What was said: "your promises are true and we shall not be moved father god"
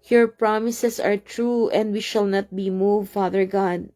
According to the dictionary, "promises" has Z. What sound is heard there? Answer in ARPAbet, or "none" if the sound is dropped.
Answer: S